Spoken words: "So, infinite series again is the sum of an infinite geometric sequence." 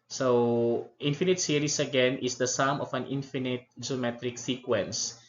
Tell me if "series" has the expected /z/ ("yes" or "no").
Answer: no